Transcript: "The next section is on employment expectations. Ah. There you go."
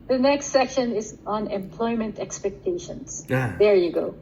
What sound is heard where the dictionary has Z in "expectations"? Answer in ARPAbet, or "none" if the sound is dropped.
S